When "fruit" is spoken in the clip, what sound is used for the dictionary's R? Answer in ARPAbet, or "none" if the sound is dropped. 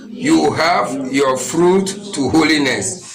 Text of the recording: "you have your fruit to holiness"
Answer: R